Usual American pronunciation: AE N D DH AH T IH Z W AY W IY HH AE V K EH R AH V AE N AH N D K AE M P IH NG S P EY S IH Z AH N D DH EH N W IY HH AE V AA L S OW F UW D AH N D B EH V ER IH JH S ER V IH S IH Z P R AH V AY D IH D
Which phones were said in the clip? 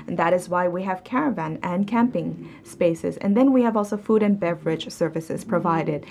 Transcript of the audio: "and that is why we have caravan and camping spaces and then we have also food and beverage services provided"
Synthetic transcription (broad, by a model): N DH AH T IH Z W AY W IY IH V K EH R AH V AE N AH N K AE M P IH NG S P EY S IH Z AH N DH EH N W IY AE V AA L S OW F UW D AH N B EH V ER IH JH S ER V IH S IH Z P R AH V AY D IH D